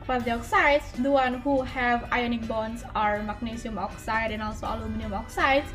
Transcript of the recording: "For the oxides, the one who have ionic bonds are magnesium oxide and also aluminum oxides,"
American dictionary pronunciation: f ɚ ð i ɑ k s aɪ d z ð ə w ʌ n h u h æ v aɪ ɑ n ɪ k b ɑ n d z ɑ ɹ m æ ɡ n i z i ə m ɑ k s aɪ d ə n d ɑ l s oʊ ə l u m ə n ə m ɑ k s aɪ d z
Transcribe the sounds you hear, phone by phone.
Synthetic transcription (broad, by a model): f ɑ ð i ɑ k s aɪ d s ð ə w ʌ n h u h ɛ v aɪ ɑ n ɪ k b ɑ n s ɑ ɹ m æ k n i s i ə m ɑ k s aɪ d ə n ɑ l s oʊ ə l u m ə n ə m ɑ k s aɪ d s